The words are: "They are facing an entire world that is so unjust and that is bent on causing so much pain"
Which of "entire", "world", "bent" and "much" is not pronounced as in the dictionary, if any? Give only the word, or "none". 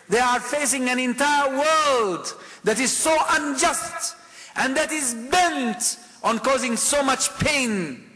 none